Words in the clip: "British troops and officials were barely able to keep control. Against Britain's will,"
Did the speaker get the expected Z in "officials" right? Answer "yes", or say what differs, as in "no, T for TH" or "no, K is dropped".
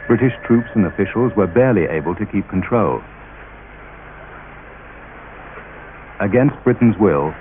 yes